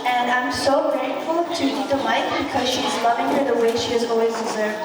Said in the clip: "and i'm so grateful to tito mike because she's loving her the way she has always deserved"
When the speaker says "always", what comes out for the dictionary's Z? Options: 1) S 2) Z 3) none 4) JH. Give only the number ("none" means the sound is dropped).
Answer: 2